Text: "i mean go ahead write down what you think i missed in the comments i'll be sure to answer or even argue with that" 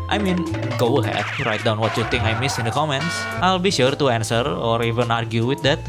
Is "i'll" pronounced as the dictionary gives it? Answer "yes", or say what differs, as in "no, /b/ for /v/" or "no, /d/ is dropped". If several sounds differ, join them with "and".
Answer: yes